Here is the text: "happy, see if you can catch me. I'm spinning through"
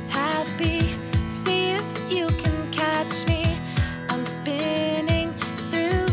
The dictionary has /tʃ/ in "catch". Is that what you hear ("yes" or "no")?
yes